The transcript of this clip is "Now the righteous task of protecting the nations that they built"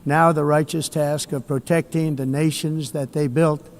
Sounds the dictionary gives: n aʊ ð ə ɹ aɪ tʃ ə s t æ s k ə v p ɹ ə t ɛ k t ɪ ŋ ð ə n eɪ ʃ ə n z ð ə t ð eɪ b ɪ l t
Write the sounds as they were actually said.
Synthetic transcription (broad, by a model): n aʊ ð ə ɹ aɪ tʃ ə s t æ s k ə v p ɹ ə t ɛ k t ɪ ŋ ð ə n eɪ ʃ ə n z ð ə t ð eɪ b ɪ l t